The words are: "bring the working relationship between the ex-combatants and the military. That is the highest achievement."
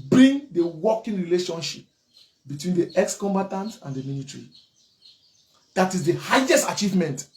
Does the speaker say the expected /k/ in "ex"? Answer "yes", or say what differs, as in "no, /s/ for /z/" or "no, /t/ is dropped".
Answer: yes